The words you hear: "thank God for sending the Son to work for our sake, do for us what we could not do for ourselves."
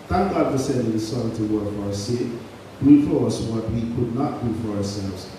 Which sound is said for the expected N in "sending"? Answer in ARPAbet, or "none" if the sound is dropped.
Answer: none